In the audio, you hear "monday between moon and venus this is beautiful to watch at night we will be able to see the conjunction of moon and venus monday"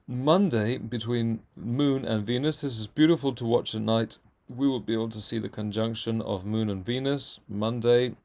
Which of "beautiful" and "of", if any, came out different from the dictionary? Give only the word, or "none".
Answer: none